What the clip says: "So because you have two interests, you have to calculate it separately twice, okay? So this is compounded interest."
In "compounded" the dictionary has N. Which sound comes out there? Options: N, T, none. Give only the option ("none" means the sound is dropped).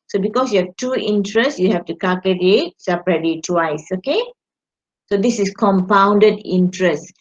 N